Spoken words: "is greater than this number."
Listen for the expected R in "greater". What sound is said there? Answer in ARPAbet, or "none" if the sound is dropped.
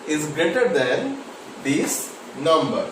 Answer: R